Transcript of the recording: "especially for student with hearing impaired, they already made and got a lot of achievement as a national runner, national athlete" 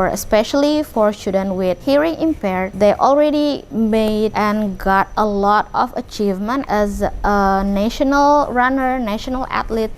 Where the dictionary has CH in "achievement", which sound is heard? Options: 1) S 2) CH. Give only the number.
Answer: 2